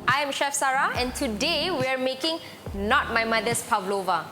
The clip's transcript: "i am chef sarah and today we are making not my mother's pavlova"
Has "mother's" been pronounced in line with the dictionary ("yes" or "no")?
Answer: no